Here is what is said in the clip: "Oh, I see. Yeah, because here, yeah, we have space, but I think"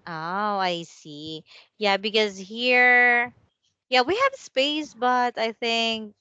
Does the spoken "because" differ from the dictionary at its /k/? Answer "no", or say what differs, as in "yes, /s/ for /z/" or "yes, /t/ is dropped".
no